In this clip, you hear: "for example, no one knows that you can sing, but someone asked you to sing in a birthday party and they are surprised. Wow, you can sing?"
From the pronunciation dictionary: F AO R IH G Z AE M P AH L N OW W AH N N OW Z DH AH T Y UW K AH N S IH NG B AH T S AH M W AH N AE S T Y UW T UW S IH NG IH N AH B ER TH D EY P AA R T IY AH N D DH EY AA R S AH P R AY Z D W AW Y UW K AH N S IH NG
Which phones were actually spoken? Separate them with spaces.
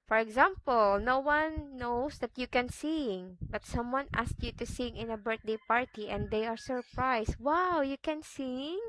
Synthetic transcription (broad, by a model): F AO R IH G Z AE M P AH L N OW W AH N N OW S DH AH T Y UW K AH N S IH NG B AH T S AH M W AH N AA S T Y UW T UW S IH NG IH N AH B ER T D EY P AA R T IY AH N D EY AA R S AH P R AY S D W AW Y UW K AH N S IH NG